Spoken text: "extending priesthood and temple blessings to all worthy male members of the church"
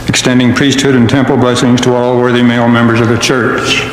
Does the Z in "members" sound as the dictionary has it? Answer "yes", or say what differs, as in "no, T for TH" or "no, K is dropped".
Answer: yes